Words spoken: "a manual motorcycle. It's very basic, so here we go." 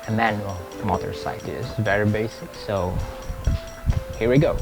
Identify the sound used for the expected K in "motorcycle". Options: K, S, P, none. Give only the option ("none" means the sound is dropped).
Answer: none